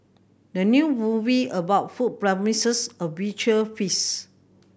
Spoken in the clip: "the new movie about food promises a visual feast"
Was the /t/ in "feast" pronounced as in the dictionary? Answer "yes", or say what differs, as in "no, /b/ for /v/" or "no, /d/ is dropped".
no, /t/ is dropped